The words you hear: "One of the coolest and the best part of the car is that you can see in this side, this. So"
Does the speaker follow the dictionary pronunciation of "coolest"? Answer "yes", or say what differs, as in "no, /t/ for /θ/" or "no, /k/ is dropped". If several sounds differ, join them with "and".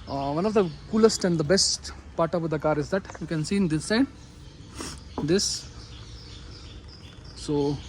yes